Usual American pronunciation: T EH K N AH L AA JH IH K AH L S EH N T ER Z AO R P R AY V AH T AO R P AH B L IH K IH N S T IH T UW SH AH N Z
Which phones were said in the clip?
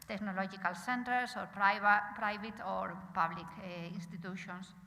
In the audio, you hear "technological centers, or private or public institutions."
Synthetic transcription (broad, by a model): T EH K N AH L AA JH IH K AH L S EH N T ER S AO R P R AY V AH T AO R P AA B L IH K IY N S T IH T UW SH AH N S